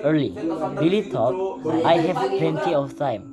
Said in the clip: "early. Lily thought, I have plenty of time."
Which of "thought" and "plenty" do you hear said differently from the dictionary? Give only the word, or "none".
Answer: thought